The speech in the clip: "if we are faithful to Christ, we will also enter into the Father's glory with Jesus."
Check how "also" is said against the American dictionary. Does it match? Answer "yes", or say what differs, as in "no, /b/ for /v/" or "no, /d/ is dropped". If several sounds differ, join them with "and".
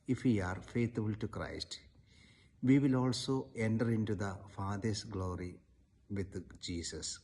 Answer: yes